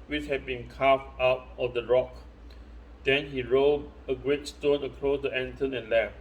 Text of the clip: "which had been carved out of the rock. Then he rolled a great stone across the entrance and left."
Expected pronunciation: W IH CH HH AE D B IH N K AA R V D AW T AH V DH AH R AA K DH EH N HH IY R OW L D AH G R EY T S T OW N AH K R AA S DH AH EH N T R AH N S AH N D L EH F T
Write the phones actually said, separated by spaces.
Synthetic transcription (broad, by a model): W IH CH HH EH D B IH N K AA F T AW T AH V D AH R AA K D EH N HH IY R OW D AH G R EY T S T OW N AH K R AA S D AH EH N T AH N AH N L EH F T